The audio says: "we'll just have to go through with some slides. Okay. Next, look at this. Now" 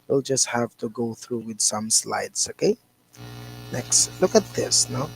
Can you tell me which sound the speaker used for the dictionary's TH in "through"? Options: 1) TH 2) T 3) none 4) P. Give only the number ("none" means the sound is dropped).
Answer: 1